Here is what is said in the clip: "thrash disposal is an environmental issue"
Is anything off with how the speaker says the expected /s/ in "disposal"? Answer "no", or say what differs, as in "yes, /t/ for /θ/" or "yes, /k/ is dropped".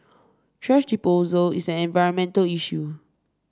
yes, /s/ is dropped